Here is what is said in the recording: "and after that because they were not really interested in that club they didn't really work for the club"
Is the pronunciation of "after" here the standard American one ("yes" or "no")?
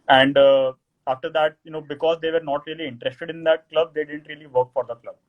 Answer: yes